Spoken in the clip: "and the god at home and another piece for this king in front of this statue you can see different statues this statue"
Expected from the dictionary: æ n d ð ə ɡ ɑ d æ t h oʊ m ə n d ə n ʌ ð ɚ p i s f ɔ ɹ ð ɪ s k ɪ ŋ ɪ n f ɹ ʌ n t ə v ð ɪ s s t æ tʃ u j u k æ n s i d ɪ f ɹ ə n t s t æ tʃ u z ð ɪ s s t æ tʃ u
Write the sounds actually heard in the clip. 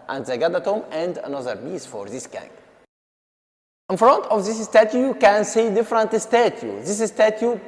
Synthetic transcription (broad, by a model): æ n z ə ɡ ɑ d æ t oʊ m ə n d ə n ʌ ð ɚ b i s f ɔ ɹ ð ɪ s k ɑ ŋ ɪ n f ɹ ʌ n t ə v ð ɪ s s t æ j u j u k æ n s i d ɪ f ɹ ə n t s t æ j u ð ɪ s s t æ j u